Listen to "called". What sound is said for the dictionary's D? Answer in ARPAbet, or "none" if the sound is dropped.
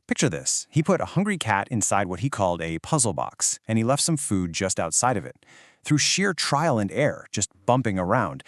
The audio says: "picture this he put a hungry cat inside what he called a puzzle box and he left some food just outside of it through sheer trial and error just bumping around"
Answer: D